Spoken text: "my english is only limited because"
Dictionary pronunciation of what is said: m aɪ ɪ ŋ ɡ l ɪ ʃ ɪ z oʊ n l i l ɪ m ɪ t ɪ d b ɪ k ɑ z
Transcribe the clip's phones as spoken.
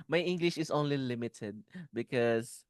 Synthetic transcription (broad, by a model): m aɪ ɪ ŋ ɡ l ɪ ʃ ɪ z oʊ n l i l ɪ m ɪ t ɪ d b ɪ k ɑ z